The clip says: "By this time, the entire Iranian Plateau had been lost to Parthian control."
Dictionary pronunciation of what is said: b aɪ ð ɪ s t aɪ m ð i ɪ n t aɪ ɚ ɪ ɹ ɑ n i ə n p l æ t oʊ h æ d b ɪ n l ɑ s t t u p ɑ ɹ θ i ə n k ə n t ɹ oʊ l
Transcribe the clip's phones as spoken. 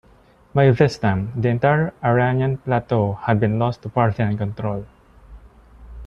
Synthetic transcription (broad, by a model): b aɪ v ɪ s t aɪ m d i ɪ n t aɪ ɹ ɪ ɹ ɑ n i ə n p l æ t oʊ h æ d b ɪ n l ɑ s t t u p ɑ ɹ t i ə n k ə n t ɹ oʊ l